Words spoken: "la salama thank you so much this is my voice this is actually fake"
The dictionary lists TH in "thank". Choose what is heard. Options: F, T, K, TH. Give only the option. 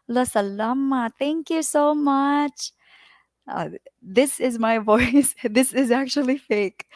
T